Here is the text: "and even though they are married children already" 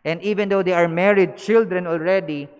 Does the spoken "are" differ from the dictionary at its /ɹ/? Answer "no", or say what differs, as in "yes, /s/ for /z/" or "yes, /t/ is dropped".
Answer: no